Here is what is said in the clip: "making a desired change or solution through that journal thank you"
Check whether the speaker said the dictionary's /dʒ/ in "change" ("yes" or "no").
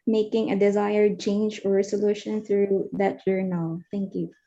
yes